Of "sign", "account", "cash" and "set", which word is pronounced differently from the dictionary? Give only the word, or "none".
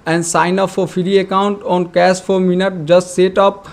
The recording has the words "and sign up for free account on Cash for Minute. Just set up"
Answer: cash